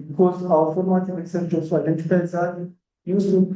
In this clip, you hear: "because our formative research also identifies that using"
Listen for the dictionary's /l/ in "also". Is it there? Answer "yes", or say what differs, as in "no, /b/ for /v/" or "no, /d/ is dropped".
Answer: no, /l/ is dropped